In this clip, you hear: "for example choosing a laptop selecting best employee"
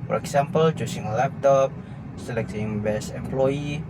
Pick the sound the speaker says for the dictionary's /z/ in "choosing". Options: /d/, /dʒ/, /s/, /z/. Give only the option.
/s/